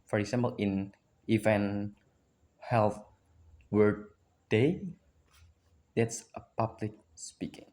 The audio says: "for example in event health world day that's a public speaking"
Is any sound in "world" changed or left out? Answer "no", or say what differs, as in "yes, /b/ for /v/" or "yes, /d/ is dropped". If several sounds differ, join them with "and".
yes, /l/ is dropped